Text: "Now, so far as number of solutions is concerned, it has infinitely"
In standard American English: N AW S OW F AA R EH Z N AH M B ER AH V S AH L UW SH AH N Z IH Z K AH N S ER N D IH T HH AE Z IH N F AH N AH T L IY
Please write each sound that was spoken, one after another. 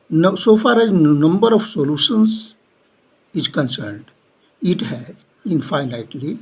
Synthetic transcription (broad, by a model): N S OW F AA R EH Z N AH M B ER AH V S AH L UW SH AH N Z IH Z K AH N S ER N D IH T HH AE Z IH N F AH N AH T L IY